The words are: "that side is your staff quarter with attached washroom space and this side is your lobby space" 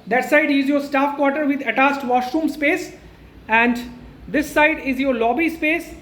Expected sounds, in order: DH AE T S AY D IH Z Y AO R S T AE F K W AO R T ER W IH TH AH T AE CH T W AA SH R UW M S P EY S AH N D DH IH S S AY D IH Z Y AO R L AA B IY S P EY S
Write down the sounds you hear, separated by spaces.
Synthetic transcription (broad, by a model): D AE T S AY D IH Z Y AO R S T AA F K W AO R T ER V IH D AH T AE S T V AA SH R UW M S P EY S AH N D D IH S S AY D IH Z Y AO R L AA B IY S P EY S